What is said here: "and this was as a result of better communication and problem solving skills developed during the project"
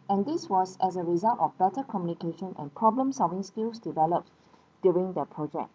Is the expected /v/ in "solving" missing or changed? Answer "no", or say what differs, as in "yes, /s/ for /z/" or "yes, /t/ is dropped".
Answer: no